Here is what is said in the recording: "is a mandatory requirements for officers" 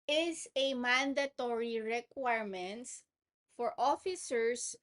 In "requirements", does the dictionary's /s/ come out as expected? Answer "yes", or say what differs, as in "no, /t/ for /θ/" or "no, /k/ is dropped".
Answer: no, /s/ is dropped